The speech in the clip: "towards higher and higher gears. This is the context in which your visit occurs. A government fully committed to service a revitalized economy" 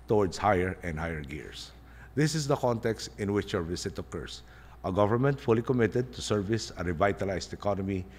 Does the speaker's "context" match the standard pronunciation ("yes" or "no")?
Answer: yes